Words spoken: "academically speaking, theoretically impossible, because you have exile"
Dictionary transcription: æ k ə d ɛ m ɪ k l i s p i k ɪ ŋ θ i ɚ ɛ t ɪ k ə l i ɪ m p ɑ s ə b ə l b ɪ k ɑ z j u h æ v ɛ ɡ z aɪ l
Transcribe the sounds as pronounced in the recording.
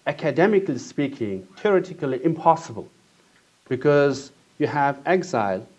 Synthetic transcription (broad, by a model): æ k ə d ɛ m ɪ k l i s p i k ɪ ŋ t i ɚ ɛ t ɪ k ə l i ɪ m p ɑ s ə b ə l b ɪ k ɑ z j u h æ v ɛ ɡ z aɪ l